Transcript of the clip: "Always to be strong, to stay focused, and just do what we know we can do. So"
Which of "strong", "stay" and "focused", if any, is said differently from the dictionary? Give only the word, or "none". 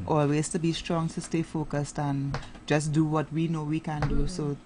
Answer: none